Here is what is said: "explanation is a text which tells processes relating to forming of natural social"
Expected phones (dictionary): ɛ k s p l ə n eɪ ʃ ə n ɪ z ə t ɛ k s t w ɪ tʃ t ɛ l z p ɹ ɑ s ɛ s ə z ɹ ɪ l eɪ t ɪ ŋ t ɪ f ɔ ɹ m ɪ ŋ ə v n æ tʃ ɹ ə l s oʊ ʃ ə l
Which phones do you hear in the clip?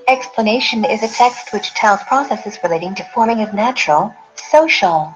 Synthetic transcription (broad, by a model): ɛ k s p l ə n eɪ ʃ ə n ɪ z ə t ɛ k s t w ɪ tʃ t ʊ n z p ɹ ɑ s ɛ s ə z ɹ ɪ l eɪ t ɪ ŋ t ɪ f ɔ ɹ m ɪ ŋ ə v n æ tʃ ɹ l s oʊ ʃ l